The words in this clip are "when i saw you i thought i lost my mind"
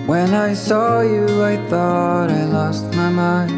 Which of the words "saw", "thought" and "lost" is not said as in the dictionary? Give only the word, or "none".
none